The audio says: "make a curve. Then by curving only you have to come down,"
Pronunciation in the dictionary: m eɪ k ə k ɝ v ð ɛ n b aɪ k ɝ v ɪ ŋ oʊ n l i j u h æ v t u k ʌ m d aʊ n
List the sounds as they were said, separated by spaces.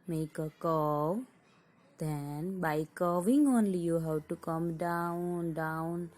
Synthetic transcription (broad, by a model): m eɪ k ə k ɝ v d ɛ n b aɪ k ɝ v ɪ ŋ oʊ n l i j u h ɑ w t u k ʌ m d aʊ n